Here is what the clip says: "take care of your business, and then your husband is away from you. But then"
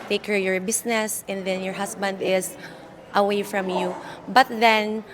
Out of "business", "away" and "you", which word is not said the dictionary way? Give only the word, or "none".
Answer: business